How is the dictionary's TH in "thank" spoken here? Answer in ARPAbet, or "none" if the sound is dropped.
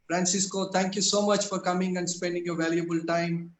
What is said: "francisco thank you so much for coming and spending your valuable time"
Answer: T